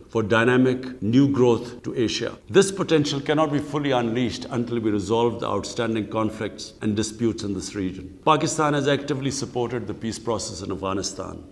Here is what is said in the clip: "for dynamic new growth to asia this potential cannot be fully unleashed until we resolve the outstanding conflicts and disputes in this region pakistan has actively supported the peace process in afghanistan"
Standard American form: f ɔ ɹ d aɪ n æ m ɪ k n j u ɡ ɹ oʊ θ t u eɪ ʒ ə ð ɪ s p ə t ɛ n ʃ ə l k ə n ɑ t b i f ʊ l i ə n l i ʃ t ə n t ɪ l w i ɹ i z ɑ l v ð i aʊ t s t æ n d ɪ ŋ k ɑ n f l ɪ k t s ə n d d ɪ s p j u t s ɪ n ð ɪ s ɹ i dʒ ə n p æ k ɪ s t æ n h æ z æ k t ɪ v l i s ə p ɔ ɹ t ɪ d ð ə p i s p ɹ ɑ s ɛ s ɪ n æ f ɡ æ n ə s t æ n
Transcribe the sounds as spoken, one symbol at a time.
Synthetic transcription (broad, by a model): f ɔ ɹ d aɪ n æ m ɪ k n j u ɡ ɹ oʊ t t u eɪ ʃ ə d ɪ s p ə t ɛ n ʃ ə l k ə n ɑ t b i f ʊ l i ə n l i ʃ t ə n t ɪ l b i ɹ i z ɑ l v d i aʊ t s t æ n d ɪ ŋ k ɑ n f l ɪ k t s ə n d d ɪ s p j u t s ɪ n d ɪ s ɹ i dʒ ə n p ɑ k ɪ s t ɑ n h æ z æ k t ɪ v l i s ə p ɔ ɹ t ɪ d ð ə p i s p ɹ ɑ s ɛ s ɪ n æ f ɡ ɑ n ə s t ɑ n